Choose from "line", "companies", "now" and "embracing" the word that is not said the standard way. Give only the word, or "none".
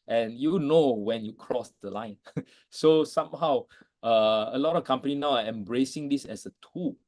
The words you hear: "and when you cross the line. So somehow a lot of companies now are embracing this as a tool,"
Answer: companies